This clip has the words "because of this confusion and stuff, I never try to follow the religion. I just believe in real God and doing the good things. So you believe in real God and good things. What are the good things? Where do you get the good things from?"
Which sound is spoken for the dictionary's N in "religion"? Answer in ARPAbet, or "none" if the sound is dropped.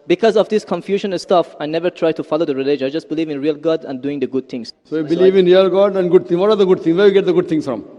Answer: none